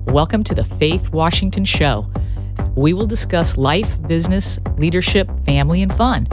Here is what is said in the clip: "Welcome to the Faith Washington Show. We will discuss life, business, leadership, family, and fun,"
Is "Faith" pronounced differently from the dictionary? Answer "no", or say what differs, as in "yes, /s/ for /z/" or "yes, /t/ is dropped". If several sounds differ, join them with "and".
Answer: no